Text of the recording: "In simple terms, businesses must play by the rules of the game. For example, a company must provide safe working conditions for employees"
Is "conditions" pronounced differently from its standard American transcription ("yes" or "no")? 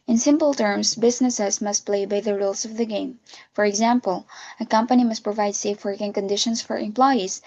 yes